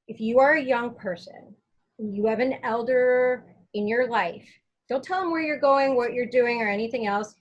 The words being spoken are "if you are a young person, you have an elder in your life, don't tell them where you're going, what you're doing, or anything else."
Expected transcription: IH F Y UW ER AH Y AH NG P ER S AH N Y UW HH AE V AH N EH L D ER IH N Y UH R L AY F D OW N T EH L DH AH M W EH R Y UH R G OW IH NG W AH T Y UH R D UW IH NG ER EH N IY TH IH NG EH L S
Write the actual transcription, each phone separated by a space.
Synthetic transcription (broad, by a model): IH F Y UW ER AH Y AH NG P ER S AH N Y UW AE V AH N EH L D ER IH N Y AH R L AY F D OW L T EH L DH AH M W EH R Y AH R G OW IH NG W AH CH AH R D UW IH NG ER EH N IY TH IH NG EH L S